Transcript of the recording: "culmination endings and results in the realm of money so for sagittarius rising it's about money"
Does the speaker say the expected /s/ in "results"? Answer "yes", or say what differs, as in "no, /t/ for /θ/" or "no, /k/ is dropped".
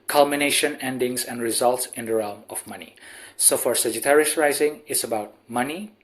yes